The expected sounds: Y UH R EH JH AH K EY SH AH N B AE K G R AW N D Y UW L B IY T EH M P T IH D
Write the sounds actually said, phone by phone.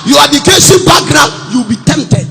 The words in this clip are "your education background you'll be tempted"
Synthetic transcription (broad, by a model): Y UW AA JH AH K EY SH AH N B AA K G R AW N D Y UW W B IY T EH M P T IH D